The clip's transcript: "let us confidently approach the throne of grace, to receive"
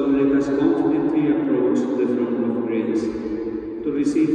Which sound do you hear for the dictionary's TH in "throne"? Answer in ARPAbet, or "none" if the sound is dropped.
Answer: F